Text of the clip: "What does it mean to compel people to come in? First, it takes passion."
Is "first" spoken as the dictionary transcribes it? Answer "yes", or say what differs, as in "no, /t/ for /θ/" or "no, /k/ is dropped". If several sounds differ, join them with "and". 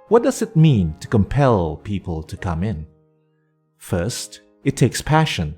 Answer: yes